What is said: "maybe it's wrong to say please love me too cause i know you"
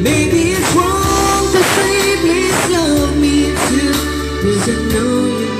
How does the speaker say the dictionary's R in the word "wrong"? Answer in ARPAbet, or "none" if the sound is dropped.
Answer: W